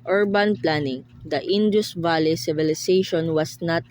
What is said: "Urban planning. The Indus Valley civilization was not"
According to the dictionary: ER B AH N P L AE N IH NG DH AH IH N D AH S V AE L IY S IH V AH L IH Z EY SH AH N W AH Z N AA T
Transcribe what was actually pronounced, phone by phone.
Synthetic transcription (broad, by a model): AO B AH N P L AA N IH NG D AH IH N D AH S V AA L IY S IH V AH L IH S EY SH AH N W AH S N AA T